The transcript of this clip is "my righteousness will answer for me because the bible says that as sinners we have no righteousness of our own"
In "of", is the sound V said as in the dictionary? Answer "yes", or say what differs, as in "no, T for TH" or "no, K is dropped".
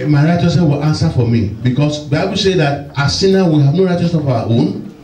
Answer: no, W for V